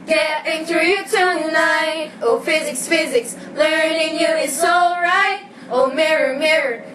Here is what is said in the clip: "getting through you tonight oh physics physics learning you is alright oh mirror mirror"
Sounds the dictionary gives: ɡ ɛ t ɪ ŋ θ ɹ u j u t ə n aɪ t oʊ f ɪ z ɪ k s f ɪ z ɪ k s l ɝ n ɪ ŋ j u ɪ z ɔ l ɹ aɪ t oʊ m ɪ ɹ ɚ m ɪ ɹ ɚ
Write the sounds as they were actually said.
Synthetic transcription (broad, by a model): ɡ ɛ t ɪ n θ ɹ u j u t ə n aɪ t oʊ f ɪ z ɪ k s f ɪ z ɪ k s l ɝ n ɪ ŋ j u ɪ s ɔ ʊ ɹ aɪ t oʊ m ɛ ɹ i m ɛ ɹ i